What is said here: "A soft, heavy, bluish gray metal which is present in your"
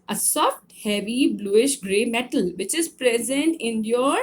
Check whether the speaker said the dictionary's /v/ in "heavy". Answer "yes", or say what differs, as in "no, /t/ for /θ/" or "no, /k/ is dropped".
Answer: yes